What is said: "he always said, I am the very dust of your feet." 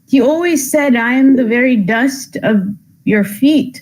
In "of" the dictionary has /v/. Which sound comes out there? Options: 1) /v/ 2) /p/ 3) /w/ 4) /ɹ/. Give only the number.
1